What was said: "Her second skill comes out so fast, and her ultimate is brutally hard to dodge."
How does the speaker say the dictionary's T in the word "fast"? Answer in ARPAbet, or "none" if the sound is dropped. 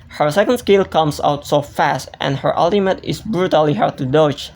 T